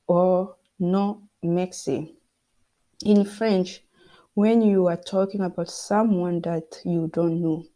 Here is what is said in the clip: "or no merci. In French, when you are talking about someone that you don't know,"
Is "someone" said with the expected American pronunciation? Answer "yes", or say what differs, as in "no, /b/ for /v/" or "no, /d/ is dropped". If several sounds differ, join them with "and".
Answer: yes